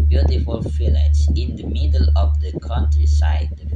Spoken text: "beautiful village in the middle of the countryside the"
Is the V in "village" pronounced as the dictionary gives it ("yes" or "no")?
no